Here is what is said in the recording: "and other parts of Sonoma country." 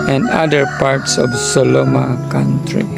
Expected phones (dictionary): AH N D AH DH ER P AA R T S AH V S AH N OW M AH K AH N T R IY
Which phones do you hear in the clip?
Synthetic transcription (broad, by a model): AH N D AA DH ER P AA R T S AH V S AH L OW M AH K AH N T R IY